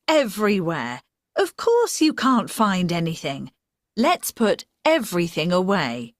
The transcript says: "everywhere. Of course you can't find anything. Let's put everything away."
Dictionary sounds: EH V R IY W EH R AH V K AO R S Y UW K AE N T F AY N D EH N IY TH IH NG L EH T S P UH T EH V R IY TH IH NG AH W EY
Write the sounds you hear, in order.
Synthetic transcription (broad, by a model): EH V R IY W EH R AH V K AO R S Y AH K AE N T F AY N D EH N IY TH IH NG L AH T S P UH T EH V R IY TH IH NG AH W EY